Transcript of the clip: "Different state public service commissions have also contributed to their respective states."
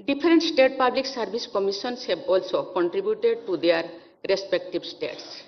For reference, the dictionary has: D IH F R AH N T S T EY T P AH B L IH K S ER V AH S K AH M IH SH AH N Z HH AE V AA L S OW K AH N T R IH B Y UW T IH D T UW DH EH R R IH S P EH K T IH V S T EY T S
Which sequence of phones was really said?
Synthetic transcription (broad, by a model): D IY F R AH N T S T EY T P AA B L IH K S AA B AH S K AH M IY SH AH N S HH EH B AA L S OW K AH N T R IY B Y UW T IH D T UW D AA R R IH S P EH K T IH B S T EY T S